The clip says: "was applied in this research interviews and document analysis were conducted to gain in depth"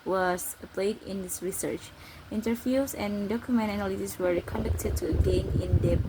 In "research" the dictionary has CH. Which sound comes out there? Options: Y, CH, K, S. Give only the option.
CH